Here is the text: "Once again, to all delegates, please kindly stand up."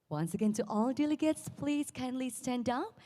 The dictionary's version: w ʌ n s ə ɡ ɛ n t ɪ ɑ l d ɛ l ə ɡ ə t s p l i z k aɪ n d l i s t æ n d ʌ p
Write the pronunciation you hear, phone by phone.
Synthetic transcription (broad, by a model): w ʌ n s ə ɡ ɛ n t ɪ ɑ l d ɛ l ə ɡ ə t s p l i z k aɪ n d l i s t æ n d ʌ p